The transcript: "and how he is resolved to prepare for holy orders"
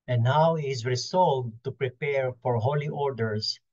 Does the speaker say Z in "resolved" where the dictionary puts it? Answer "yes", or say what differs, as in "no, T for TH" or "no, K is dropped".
no, S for Z